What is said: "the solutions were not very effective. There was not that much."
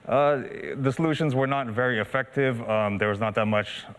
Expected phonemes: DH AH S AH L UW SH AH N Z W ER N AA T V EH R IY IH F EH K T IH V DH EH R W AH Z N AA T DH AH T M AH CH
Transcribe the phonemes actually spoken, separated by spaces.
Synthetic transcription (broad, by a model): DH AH S AH L UW SH AH N Z W ER N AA T V EH R IY IH F EH K T IH V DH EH R W AH Z N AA T DH AH T M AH CH